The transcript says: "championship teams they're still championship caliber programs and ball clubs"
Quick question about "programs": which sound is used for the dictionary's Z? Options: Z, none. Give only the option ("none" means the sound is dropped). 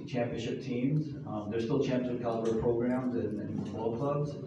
Z